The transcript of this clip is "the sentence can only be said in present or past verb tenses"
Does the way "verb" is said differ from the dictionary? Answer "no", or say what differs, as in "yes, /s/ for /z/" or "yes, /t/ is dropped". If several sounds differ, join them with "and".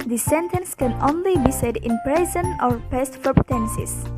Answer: yes, /f/ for /v/